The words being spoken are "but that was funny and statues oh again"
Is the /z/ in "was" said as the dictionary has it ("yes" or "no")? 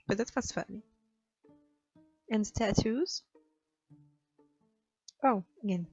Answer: no